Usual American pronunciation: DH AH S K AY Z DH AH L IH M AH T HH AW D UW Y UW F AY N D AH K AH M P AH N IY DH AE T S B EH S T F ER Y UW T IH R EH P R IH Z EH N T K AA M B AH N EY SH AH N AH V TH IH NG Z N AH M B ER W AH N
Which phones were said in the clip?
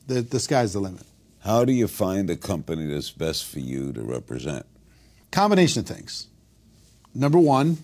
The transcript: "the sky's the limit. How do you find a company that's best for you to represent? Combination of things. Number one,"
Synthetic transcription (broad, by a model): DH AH S K AY Z DH AH L IH M AH T HH AW D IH Y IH F AY N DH AH K AH M P AH N IY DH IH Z B EH S T F ER Y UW T IH R EH P R IH Z EH N T K AA M B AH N EY SH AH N AH V TH IH NG Z N AH M B ER W AH N